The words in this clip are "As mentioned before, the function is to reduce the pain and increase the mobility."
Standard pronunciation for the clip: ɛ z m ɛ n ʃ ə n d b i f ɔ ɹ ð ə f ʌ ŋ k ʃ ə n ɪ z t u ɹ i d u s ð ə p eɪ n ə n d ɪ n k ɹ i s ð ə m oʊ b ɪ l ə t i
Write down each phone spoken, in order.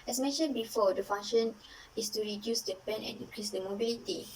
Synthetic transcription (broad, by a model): ɛ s m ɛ n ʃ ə n b i f ɔ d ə f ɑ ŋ ʃ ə n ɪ s t u ɹ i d u s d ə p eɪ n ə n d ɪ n k ɹ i s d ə m oʊ b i l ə t i